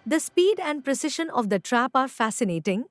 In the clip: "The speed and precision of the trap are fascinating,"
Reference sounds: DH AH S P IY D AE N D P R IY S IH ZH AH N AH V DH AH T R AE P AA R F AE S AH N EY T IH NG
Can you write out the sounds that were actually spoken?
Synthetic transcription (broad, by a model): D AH S P IY D AE N D P R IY S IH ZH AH N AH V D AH T R AE P AA R F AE S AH N EY T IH NG